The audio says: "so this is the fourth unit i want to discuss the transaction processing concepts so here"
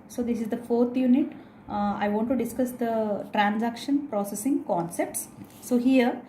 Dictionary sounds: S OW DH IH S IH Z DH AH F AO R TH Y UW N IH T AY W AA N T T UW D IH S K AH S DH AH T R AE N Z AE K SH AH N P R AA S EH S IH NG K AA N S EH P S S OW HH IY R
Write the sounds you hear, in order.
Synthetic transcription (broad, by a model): S OW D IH S IH Z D AH F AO R T Y UW N IH T AY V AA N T T UW D IH S K AH S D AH T R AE N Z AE K SH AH N P R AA S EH S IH NG K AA N S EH P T S OW HH IY R